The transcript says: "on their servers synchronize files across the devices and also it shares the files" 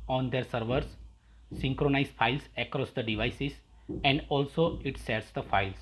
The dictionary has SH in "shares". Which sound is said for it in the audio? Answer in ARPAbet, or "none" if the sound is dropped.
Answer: S